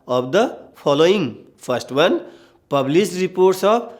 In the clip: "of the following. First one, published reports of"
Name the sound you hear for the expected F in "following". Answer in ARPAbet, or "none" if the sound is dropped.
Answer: P